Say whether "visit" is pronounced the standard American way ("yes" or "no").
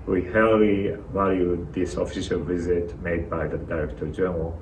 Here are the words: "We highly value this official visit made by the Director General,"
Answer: yes